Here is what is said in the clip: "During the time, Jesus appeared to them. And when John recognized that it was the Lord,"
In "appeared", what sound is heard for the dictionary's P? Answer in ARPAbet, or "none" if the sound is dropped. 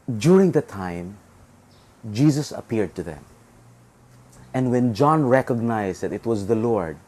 P